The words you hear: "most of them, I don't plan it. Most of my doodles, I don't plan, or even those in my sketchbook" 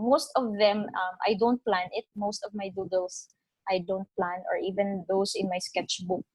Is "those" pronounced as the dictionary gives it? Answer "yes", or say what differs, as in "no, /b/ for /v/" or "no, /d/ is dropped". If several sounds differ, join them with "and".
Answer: no, /s/ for /z/